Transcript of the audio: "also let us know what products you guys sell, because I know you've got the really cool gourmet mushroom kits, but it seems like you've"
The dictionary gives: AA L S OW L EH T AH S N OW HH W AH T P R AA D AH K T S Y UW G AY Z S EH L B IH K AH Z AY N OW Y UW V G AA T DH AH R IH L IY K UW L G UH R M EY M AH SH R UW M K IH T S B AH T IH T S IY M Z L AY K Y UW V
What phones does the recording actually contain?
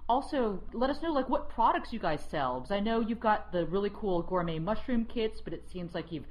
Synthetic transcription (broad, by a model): AA L S OW L EH T AH S N OW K W AH T P R AA D AH K T S Y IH G AY Z S EH L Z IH AH N OW Y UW V G AA T DH AH R IH L IY K UW L G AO R M EY M AH SH R UW M K IH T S B AH T IH T S IY M Z L AY K Y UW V